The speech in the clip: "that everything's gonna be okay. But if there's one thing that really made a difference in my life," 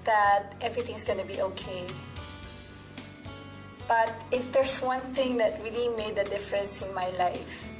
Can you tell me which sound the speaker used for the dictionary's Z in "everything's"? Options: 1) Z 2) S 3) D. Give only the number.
2